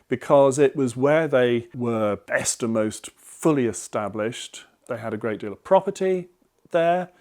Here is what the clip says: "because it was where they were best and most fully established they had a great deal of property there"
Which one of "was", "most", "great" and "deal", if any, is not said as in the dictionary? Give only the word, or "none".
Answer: none